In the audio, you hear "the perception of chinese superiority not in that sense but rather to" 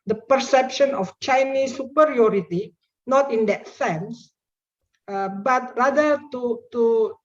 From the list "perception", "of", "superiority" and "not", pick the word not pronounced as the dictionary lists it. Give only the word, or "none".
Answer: of